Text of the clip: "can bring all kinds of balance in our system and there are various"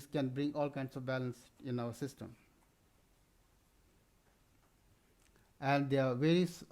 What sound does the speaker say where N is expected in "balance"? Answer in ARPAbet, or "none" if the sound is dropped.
N